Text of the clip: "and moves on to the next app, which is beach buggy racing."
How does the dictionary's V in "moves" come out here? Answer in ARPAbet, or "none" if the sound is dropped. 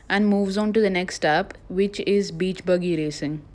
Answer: V